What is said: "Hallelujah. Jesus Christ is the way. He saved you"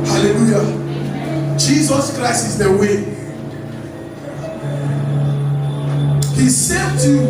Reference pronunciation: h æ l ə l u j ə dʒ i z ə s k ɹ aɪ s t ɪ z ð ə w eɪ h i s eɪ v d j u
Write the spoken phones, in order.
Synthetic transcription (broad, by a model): h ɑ l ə l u j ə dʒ i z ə s k ɹ aɪ s t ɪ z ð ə w eɪ h i s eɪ d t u